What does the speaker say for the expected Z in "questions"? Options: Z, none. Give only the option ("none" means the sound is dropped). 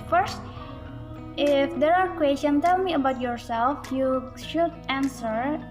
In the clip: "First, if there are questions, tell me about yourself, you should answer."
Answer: none